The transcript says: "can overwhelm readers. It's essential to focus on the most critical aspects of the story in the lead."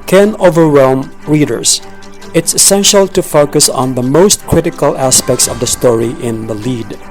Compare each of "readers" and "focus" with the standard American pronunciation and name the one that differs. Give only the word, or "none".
readers